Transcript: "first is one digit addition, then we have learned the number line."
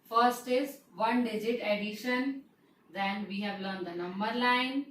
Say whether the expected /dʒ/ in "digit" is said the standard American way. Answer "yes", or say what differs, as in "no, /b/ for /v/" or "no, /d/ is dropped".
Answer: yes